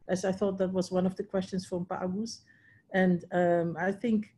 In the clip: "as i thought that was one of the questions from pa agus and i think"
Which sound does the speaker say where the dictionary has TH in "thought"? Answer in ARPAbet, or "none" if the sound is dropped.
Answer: TH